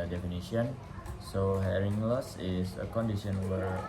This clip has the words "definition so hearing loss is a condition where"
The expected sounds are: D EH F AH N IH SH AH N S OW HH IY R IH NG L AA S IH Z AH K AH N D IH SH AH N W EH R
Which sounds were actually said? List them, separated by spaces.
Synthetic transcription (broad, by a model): D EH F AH N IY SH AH N S OW HH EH R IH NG L AA S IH S AH K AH N D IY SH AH N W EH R